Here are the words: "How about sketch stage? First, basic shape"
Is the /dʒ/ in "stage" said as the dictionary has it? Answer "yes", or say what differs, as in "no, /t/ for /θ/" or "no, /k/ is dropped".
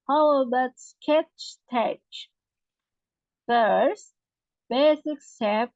no, /tʃ/ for /dʒ/